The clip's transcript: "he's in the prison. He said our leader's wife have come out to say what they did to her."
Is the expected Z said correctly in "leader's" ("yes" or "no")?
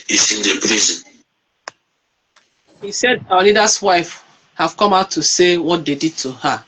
no